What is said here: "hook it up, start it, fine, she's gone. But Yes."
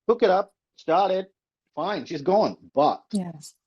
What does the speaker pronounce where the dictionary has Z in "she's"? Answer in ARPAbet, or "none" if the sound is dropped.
Z